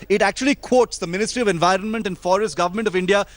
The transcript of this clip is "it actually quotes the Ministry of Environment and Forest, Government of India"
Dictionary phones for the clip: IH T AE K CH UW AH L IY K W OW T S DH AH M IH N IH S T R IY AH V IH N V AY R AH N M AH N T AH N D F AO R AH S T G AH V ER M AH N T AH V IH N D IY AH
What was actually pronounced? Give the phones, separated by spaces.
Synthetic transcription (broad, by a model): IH T AE K CH UW AH L IY K W OW T S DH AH M IH N IH S T R IY AH V IH N V AY R AH N M AH N T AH N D F AO R AH S T G AH V ER M AH N T AH V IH N D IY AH